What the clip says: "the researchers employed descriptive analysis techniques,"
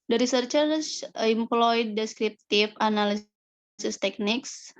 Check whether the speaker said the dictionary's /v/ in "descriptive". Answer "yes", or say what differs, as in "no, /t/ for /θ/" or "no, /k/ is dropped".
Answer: no, /f/ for /v/